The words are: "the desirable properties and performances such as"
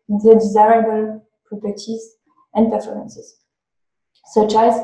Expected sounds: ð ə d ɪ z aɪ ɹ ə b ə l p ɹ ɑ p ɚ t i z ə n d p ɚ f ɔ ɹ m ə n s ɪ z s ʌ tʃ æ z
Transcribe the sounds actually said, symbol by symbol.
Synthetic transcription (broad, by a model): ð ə d ɪ z aɪ ɹ ə b ə l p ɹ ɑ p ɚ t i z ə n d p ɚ f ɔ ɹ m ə n s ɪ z s ʌ tʃ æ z